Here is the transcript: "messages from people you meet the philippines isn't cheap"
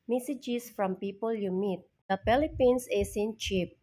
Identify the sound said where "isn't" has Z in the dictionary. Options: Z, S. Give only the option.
S